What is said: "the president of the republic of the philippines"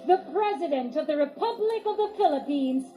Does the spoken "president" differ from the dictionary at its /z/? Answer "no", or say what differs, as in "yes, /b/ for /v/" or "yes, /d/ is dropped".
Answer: no